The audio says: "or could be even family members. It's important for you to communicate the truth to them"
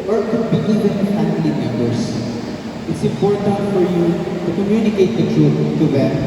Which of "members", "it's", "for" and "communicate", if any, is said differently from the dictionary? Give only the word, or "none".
members